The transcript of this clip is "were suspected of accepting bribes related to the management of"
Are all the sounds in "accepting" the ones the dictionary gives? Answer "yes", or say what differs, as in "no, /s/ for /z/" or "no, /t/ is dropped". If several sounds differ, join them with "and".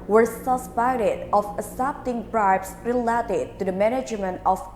no, /k/ is dropped